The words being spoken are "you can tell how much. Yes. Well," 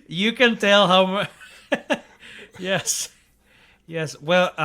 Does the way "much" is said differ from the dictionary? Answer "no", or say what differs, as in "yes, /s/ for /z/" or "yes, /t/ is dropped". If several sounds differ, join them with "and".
yes, /s/ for /tʃ/